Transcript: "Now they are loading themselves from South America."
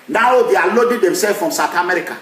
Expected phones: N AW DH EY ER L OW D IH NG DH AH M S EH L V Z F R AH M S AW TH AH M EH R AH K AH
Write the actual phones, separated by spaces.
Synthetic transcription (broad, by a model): N AW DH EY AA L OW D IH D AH M S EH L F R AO M S AW T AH M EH R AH K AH